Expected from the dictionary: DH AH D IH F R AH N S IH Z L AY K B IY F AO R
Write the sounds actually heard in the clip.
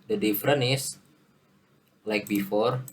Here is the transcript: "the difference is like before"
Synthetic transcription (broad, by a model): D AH D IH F R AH N IH S L AY K B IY F AO R